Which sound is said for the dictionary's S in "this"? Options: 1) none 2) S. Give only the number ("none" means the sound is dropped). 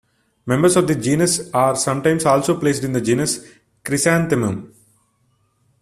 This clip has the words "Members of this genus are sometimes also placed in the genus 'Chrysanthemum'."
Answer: 1